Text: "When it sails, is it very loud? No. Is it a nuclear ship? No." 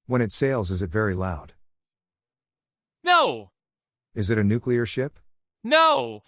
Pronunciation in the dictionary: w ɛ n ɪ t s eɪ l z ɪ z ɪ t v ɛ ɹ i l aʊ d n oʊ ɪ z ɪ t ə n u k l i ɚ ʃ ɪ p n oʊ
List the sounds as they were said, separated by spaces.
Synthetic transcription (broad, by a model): w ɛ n ɪ t s eɪ l z ɪ z ɪ t v ɛ ɹ i l aʊ d n oʊ ɪ z ɪ t ə n u k l i ɚ ʃ ɪ p n oʊ